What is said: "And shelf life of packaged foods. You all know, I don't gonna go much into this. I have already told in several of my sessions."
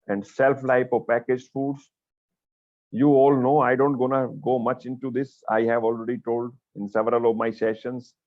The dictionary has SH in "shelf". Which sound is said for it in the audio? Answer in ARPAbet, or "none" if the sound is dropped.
S